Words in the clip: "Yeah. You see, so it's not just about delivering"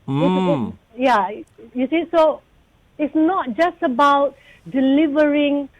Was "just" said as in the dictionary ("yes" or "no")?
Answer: yes